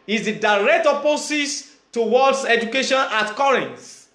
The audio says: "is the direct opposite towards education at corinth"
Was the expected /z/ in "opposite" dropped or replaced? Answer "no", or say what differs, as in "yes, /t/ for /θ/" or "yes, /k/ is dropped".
yes, /s/ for /z/